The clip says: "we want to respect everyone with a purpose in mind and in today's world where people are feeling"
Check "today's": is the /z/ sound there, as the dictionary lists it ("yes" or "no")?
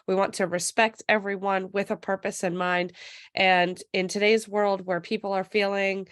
yes